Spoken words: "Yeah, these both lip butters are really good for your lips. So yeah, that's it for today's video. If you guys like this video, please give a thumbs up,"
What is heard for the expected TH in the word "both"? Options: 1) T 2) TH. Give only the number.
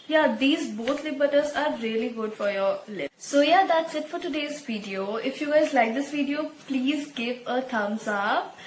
1